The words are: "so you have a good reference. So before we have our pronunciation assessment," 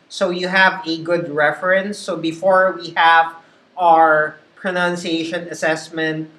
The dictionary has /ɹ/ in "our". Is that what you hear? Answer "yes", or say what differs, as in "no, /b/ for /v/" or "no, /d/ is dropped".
yes